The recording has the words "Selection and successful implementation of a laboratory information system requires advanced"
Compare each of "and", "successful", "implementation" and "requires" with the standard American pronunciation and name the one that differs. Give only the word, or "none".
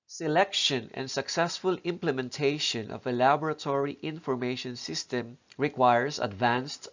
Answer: requires